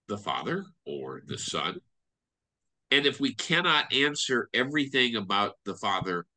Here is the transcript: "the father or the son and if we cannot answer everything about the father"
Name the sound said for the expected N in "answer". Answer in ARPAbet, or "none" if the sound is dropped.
N